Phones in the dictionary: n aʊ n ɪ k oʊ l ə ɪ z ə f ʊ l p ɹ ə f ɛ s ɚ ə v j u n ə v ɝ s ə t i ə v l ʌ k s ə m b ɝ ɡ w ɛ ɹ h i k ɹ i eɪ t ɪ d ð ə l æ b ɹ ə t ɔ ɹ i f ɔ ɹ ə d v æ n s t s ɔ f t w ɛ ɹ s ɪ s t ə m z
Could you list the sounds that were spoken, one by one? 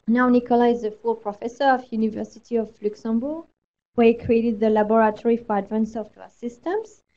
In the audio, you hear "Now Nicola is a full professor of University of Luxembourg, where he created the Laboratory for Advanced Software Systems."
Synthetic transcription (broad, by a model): n aʊ n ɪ k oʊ l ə ɪ z ə f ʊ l p ɹ ə f ɛ s ɚ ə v j u n ə v ɝ s ə t i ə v l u k s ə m b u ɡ w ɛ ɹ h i k ɹ i eɪ t ɪ d ð ə l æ b ɹ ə t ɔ ɹ i f ɔ ɹ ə d v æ n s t s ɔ f t w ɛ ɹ s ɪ s t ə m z